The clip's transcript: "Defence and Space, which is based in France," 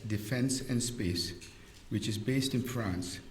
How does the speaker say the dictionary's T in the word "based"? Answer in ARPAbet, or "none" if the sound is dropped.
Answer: T